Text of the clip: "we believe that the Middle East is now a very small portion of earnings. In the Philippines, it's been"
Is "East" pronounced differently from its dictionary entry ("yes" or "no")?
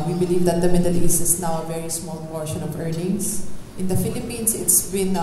yes